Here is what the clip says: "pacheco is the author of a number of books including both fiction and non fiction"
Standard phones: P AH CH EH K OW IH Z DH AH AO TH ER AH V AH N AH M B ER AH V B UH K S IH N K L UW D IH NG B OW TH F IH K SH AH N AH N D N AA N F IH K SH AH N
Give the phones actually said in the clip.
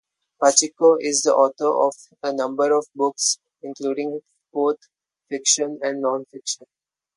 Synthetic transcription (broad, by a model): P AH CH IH K OW IH Z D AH AO T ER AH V AH N AH M B ER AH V B UH K S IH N K L UW D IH NG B OW T F IH K SH AH N AH N D N AA N F IH K SH AH N